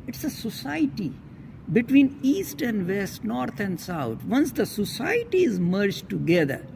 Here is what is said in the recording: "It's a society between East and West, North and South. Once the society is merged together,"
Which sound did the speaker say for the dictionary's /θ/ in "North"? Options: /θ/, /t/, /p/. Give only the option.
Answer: /t/